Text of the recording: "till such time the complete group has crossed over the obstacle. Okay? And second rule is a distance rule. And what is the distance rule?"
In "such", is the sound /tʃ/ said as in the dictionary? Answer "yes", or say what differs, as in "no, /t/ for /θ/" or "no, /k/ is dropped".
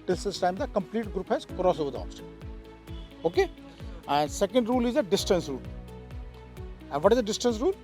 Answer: no, /s/ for /tʃ/